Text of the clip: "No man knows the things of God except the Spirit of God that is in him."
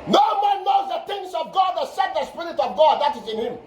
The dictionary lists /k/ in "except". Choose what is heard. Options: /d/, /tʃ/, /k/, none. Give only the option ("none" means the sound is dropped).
none